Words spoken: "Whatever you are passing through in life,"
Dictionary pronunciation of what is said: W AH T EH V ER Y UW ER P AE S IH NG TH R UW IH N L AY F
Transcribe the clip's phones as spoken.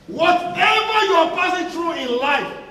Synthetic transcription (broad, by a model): W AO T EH V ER Y UW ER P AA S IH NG T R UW IH N L AY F